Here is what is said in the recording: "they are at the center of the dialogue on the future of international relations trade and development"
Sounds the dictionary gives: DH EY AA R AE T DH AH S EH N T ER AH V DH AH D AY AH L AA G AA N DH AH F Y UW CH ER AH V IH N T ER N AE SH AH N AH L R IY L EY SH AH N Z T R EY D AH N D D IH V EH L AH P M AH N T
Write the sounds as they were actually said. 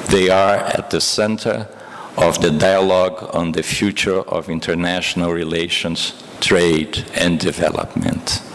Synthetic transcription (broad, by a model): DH EY AA R AE T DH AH S EH N T ER AH V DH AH D AY AH L AA G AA N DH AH F Y UW CH ER AH V IH N T ER N AE SH AH N AH L R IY L EY SH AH N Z T R EY D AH N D D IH V EH L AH P M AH N T